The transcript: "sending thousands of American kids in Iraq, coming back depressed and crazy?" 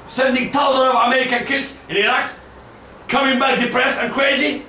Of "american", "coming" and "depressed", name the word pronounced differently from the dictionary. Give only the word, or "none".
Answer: depressed